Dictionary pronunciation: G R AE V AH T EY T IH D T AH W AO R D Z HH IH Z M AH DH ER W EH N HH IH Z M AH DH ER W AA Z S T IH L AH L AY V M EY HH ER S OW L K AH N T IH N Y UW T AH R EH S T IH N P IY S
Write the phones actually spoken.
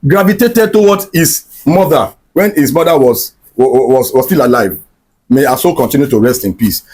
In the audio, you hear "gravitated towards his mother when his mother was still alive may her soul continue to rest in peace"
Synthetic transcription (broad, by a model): G R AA V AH T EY T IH D T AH W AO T HH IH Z M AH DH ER W EH N HH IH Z M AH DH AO W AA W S T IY L AH L AY V M EY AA S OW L K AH N T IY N Y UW T AH R EH S T IH N P IY S